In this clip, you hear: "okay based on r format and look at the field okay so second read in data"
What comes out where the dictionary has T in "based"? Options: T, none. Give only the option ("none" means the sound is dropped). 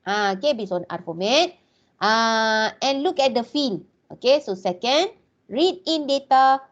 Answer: none